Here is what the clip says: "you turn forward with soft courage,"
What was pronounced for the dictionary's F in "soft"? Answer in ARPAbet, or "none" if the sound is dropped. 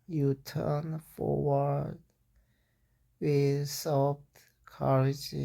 P